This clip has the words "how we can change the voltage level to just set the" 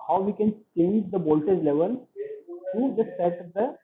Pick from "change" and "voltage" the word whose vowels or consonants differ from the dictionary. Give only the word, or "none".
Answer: voltage